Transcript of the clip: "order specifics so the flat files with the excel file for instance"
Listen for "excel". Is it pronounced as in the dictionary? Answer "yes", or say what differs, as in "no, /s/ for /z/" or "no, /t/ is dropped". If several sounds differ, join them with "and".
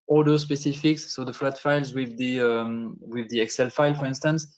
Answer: yes